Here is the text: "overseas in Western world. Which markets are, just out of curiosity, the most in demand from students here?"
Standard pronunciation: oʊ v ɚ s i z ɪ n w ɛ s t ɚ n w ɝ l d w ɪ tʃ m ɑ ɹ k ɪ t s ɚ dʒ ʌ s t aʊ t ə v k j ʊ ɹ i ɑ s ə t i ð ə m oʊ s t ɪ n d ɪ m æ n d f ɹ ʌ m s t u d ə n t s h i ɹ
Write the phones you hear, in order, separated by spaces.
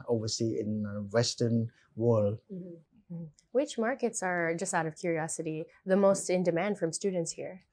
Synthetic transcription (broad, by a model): oʊ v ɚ s i ɪ n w ɛ s t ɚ n w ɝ l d w ɪ tʃ m ɑ ɹ k ɪ t s ɚ dʒ ʌ s t aʊ t ə v k j ʊ ɹ i ɑ s ə t i ð ə m oʊ s t ɪ n d ɪ m æ n d f ɹ ʌ m s t u d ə n t s h i ɹ